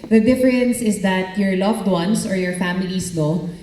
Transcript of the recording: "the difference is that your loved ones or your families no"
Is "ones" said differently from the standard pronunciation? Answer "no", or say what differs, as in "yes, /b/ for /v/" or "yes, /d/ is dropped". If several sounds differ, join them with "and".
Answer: yes, /s/ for /z/